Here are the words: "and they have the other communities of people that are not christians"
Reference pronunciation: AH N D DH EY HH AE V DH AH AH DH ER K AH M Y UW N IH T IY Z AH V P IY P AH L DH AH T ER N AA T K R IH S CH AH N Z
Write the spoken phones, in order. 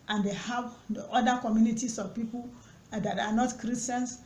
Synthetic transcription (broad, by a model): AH N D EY HH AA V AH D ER K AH M Y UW N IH T IY S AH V P IY P AH L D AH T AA N AA T K R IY S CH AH N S